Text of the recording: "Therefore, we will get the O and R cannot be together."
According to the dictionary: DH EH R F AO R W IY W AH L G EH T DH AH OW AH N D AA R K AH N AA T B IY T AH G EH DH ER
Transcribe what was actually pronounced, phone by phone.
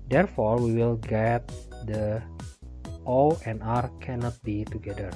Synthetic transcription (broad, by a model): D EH R F AO R W IY W AH L G EH T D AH OW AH N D AA R K AH N AA T B IY T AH G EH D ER